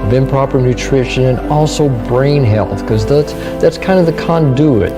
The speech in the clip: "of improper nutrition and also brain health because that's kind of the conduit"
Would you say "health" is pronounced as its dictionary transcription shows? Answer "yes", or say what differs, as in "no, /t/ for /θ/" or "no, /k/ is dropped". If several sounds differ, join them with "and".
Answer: yes